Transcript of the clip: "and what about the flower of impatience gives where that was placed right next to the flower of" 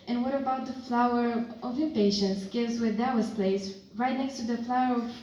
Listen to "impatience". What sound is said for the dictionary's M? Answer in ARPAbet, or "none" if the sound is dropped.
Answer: none